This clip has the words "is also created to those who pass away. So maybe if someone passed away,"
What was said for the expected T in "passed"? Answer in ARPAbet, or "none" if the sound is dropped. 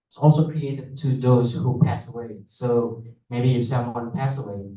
none